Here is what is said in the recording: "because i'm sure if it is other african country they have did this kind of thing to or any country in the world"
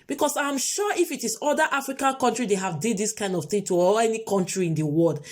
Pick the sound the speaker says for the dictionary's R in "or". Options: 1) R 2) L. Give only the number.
2